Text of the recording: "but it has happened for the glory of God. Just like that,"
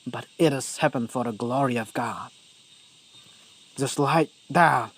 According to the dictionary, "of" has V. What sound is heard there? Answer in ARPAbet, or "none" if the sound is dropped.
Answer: V